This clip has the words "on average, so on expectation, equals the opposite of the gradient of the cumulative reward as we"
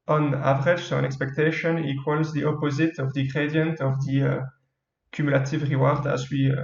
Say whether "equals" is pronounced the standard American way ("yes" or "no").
yes